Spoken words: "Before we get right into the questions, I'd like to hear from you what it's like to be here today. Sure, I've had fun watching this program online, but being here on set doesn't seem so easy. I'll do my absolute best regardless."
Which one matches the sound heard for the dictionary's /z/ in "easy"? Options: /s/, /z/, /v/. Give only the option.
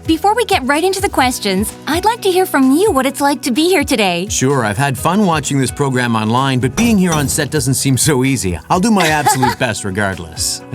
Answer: /z/